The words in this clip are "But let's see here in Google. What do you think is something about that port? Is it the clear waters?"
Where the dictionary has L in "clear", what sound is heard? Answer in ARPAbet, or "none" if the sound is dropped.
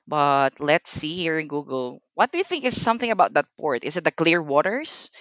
L